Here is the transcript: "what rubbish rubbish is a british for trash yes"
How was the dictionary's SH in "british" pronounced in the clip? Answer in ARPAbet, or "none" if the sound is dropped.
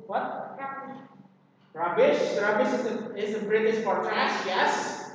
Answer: S